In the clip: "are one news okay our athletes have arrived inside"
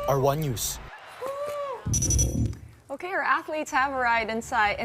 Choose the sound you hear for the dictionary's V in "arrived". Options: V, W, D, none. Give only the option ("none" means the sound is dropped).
none